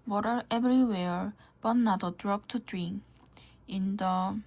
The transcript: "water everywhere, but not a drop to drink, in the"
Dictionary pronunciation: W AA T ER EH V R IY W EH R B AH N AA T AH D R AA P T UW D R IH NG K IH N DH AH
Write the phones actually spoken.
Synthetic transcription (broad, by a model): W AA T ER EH B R IY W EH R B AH N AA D AH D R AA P T UW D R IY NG IH N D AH